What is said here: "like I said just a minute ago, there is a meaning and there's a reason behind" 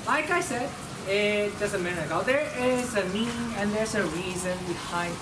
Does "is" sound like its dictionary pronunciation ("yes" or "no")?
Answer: yes